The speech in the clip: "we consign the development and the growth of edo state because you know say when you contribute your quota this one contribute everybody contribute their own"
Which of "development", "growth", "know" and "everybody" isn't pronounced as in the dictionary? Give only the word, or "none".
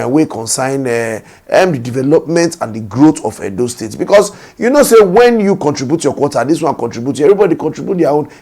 growth